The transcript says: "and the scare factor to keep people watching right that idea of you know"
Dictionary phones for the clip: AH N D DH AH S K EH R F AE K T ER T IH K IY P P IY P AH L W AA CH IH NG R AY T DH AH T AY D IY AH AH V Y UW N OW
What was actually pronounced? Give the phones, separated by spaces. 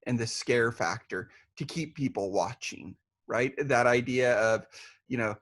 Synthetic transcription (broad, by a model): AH N DH AH S K EH R F AE K T ER T IH K IY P P IY P L W AA CH IH NG R AY T DH AH T AY D IY AH AH V Y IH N OW